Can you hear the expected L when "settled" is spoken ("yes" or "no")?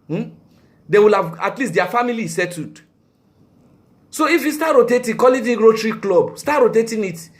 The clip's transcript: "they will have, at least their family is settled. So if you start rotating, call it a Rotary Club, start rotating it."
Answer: no